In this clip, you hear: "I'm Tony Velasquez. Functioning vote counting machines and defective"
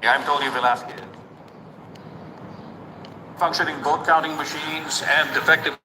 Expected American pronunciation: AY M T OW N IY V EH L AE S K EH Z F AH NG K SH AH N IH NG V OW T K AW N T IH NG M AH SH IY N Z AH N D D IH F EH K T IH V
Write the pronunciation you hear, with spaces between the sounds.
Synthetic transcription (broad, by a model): AY M T OW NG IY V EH L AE S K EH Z F AH NG K SH AH N IH NG B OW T K AW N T IH NG M AH SH IY N Z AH N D D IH F EH K T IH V